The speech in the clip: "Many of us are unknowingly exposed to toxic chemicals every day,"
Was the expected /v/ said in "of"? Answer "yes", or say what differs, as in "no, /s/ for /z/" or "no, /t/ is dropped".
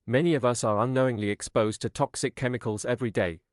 yes